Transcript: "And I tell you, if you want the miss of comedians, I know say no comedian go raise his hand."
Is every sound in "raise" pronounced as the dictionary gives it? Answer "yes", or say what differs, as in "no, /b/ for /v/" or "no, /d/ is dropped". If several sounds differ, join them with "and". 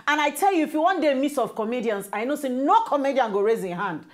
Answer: yes